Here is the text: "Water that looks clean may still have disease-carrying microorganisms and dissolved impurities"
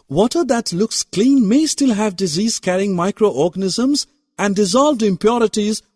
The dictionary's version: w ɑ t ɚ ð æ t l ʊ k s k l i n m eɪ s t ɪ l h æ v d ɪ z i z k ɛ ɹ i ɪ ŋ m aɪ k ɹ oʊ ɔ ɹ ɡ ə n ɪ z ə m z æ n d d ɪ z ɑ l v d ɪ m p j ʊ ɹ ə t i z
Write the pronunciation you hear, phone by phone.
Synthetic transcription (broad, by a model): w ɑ t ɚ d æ t l ʊ k s k l i n m eɪ s t ɪ l h æ v d ɪ z i z k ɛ ɹ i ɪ ŋ m aɪ k ɹ oʊ ɔ ɹ ɡ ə n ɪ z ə m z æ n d d ɪ z ɑ l v d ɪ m p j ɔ ɹ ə t i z